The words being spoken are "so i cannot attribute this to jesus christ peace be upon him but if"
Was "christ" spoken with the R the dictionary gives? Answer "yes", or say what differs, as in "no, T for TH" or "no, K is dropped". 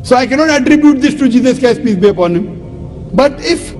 no, R is dropped